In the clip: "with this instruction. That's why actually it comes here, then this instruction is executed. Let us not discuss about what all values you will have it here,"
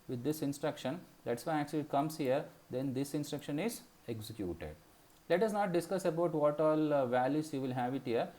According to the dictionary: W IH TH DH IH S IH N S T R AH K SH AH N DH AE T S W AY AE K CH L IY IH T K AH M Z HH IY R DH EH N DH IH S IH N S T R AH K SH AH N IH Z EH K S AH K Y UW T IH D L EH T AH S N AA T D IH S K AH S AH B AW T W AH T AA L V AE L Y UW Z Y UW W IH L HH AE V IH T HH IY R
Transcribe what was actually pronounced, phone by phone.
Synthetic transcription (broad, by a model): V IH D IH S IH N S T R AH K SH AH N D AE T S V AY AE K CH L IY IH T K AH M S HH IY R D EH N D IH S IH N S T R AH K SH AH N IH Z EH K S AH K Y UW T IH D L EH T AH S N AA T D IH S K AH S AH B AW T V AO T AA L V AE L Y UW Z Y UW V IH L HH AE V IH T HH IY R